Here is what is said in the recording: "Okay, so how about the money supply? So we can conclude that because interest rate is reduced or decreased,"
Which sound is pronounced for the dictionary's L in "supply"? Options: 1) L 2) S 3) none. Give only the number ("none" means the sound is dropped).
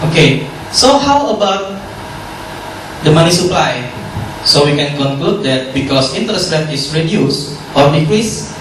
1